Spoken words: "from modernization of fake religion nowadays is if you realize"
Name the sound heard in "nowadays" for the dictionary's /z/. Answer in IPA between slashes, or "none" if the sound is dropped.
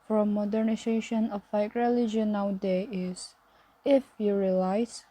none